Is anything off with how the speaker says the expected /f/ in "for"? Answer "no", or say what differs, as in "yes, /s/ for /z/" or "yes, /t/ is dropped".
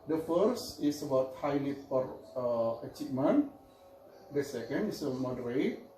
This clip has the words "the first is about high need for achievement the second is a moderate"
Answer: yes, /p/ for /f/